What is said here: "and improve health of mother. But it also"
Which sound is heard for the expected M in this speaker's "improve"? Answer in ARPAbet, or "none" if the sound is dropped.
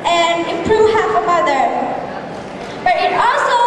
none